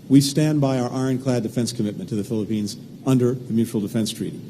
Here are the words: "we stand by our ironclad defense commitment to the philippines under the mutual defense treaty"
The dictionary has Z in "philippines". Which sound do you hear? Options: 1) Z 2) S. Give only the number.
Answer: 1